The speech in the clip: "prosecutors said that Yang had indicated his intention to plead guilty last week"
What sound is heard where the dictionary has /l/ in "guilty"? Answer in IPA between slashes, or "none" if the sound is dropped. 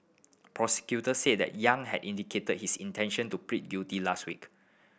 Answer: none